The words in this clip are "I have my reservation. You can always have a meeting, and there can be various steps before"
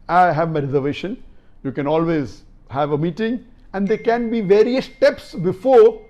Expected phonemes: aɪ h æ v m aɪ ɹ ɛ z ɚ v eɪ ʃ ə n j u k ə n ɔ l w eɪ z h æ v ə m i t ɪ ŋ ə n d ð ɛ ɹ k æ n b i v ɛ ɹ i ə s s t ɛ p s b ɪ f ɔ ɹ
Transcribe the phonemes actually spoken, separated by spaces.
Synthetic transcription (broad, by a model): aɪ h æ v m aɪ ɹ ɛ z ɚ v eɪ ʃ ə n j u k ə n ɔ l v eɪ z h æ v ə m i t ɪ ŋ ə n d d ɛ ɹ k æ n b i v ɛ ɹ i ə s s t ɛ p s b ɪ f ɔ ɹ